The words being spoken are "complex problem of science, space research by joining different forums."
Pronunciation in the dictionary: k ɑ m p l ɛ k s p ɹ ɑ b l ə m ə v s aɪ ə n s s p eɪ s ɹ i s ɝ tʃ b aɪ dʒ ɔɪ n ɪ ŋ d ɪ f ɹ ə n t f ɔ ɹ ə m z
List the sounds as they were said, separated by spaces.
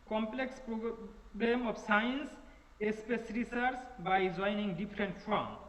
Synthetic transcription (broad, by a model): k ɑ m p l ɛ k s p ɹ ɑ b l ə m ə f s aɪ n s s p eɪ s ɹ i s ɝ s b aɪ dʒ ɔɪ n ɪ ŋ d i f ɹ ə n t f ɹ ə m